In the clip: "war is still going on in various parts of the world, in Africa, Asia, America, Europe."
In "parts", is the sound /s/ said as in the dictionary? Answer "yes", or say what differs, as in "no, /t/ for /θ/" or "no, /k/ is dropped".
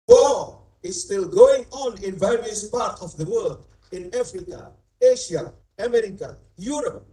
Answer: no, /s/ is dropped